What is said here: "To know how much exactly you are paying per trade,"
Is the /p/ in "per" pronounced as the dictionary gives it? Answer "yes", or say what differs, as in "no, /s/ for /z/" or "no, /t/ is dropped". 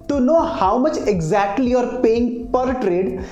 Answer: yes